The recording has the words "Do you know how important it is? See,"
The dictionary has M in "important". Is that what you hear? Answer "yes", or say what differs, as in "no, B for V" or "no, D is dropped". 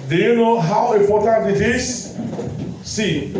no, M is dropped